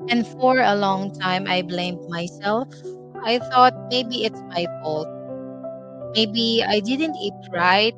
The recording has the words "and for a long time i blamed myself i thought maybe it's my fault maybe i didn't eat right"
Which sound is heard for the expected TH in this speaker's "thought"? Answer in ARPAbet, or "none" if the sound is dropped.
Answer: TH